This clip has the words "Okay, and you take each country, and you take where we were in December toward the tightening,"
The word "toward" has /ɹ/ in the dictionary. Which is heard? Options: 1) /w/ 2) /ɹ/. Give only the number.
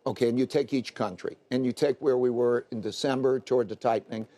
2